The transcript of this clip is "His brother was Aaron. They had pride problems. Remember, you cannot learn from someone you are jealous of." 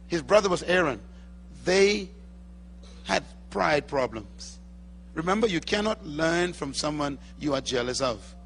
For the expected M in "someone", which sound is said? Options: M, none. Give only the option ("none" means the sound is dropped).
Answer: M